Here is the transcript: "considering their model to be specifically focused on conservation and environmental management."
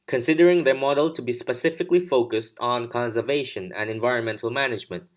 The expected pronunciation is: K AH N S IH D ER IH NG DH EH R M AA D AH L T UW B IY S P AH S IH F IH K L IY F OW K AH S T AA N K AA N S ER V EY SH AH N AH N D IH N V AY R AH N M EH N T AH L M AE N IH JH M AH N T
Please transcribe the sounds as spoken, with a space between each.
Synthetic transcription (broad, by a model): K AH N S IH D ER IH NG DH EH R M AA D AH L T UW B IY S P AH S IH F IH K L IY F OW K AH S T N K AA N S ER V EY SH AH N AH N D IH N V AY R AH N M EH N T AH L M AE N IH JH M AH N T